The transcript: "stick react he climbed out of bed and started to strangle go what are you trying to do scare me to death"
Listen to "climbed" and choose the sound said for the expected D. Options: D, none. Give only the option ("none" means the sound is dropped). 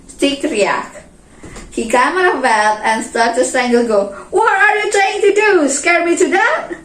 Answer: none